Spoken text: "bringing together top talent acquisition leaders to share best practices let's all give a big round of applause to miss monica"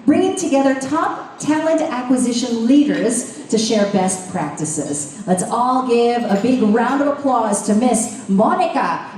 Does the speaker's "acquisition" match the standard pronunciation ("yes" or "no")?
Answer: yes